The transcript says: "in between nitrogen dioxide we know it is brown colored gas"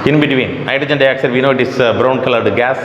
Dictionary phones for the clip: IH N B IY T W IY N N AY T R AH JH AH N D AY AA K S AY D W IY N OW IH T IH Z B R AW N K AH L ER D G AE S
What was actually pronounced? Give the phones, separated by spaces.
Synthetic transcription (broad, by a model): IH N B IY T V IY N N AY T AH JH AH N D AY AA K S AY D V IY N OW IH T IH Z B R AW N K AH L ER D G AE S